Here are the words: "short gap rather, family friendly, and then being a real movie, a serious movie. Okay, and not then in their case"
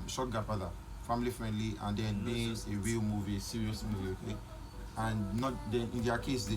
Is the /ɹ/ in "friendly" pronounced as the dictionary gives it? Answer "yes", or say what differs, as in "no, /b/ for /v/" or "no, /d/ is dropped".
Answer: yes